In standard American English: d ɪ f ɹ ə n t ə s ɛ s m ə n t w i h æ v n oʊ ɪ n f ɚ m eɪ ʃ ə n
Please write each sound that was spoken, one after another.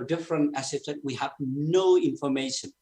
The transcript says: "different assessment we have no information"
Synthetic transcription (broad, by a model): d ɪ f ɹ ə n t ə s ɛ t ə t w i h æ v n oʊ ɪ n f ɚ m eɪ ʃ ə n